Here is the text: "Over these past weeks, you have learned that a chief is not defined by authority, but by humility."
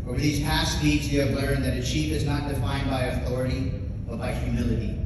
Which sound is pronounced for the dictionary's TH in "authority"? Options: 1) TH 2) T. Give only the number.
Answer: 1